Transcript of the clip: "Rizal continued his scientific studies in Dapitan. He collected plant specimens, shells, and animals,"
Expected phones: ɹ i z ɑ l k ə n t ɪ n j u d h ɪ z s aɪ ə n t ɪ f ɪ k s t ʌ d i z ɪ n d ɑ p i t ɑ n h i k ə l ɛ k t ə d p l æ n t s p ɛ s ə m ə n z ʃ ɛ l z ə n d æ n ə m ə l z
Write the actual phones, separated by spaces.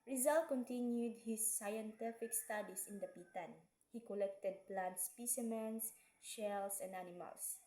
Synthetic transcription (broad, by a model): ɹ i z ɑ l k ə n t ɪ n j u d h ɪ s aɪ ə n t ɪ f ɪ k s t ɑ d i s ɪ n d ɑ p i t ɑ n h i k ə l ɛ k t ə d p l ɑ n t s p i s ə m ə n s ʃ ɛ l s ə n d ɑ n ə m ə l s